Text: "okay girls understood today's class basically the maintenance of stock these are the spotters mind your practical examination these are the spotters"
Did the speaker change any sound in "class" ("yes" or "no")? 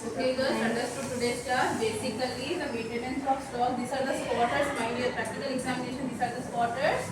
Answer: yes